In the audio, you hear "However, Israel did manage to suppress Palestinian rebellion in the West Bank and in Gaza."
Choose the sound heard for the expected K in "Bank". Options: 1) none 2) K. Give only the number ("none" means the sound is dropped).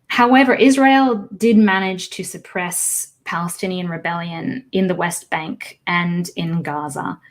2